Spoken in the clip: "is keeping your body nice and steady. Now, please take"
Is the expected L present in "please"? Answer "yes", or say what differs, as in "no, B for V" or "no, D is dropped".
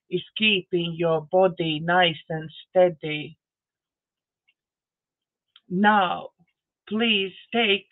yes